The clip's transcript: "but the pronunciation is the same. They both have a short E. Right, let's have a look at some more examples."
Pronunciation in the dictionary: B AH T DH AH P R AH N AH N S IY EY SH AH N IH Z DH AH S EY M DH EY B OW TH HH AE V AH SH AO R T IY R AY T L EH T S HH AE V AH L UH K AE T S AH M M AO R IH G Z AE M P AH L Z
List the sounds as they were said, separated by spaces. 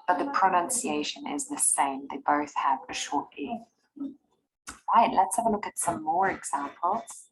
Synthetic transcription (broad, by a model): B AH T DH AH P R AH N AH N S IY EY SH AH N IH Z DH AH S EY M DH EY B OW TH HH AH V AH SH AO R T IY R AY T L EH T S HH AE V AH L UH K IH T S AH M M AO R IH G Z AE M P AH L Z